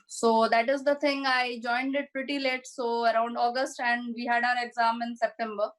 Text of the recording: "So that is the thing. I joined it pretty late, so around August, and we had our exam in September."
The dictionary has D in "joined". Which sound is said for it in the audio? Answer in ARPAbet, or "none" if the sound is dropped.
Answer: D